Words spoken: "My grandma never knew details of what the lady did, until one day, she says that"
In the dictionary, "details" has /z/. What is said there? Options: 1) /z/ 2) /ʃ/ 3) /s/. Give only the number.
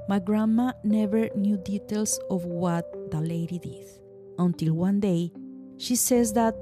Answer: 3